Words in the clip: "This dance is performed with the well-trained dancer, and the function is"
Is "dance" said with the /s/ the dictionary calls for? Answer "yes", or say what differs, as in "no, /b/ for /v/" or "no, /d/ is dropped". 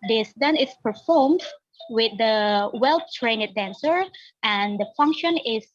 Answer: no, /s/ is dropped